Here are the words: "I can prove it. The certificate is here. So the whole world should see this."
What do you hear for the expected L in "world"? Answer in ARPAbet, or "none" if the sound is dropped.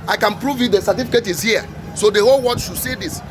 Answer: none